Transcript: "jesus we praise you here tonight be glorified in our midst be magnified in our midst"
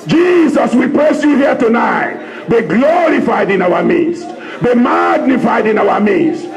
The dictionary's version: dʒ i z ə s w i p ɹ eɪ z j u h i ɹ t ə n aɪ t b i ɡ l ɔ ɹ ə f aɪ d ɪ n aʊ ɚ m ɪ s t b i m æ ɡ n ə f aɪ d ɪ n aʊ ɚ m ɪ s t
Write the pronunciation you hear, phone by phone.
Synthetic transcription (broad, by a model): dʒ i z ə s w i p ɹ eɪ s j u h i t ə n aɪ t b i ɡ l ɔ ɹ ə f aɪ d ɪ n aʊ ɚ m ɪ s t b i m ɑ ɡ n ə f aɪ d ɪ n aʊ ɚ m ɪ s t